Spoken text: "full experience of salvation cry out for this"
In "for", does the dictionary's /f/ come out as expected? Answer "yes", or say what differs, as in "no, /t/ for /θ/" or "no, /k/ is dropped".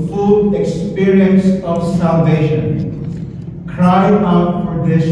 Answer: no, /p/ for /f/